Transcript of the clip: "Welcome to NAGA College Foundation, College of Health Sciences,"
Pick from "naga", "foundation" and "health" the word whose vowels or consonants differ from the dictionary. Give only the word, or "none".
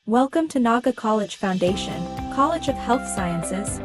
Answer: none